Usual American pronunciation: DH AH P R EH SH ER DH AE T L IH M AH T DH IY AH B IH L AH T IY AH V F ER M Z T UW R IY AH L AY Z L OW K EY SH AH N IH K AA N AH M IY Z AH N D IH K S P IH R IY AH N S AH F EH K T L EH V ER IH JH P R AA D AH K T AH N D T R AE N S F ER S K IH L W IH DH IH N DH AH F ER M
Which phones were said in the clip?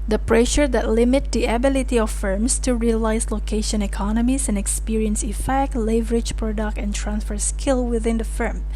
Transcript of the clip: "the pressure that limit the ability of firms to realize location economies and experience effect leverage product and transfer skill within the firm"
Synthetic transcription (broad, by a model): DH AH P R EH SH ER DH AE T L IH M AH T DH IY AH B IH L AH T IY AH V F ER M S T UW R IY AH L AY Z L OW K EY SH AH N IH K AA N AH M IY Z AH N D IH K S P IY R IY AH N S AH F EH K T L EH V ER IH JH P R AA D AH K T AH N T R AE N S F ER S K IH L W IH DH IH N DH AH F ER M